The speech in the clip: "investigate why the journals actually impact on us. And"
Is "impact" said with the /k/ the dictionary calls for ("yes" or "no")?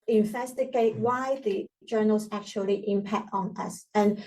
yes